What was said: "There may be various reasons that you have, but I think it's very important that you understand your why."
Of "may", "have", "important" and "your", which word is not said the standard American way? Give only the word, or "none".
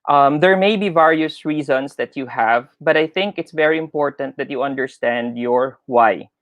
none